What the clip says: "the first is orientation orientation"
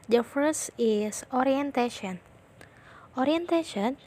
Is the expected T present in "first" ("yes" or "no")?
no